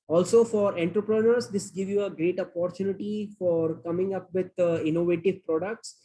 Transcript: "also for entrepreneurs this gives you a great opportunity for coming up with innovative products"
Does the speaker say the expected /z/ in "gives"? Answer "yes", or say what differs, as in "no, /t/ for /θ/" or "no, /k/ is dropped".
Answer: no, /z/ is dropped